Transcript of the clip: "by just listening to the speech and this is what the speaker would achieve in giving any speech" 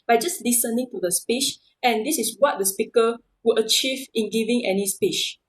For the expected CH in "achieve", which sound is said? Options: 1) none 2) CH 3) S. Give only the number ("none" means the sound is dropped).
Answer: 2